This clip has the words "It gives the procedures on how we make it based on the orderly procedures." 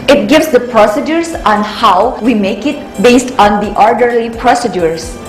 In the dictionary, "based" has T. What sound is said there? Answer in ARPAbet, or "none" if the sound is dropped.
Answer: T